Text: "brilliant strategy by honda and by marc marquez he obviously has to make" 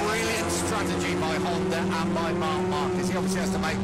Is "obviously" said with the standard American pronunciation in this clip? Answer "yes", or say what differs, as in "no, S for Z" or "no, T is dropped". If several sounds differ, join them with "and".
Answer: no, B is dropped